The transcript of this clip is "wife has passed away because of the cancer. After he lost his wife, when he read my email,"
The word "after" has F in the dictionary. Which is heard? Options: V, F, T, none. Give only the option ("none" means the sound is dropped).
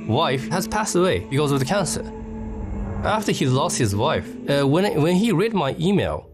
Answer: F